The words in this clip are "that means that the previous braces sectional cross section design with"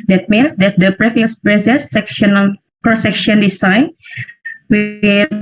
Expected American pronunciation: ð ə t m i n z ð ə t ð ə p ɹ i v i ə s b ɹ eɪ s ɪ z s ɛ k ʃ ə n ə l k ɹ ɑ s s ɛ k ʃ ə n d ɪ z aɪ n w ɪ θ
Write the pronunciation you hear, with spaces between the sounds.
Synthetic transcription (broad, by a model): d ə t m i n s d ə t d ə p ɹ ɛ f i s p ɹ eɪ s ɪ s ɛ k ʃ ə n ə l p ɹ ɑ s s ɛ k ʃ ə n d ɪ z aɪ n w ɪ